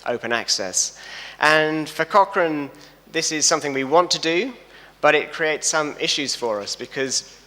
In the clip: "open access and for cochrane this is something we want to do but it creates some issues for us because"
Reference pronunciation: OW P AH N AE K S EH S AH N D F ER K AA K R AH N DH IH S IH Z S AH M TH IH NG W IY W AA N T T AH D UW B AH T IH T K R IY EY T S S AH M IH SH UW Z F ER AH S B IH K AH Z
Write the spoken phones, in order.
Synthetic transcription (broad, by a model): OW P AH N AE K S EH S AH N F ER K AA K R AH N DH IH S IH Z S AH M TH IH NG W IY W AA N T T AH D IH B AH T IH T K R IY EY T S S AH M IH SH UW Z F ER AH S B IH K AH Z